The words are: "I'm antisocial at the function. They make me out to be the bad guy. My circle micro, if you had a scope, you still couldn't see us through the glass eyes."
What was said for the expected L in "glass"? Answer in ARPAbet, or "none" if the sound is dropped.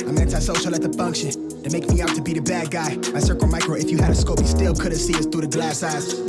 L